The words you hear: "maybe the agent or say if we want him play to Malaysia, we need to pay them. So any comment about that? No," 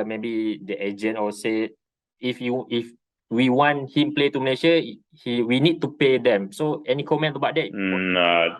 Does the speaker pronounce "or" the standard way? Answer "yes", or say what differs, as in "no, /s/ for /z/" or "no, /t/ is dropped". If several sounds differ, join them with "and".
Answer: no, /l/ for /ɹ/